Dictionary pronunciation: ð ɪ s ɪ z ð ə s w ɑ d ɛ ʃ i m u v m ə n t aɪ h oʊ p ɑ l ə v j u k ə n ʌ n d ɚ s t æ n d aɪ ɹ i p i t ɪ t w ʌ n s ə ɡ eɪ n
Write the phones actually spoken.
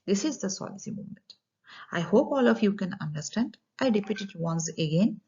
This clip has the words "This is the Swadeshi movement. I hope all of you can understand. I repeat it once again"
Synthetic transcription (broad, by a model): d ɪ s ɪ z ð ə s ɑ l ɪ s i m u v m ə n t aɪ h oʊ p ɑ l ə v j u k ə n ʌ n d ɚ s t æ n d aɪ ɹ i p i t ɪ t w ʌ n s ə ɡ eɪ n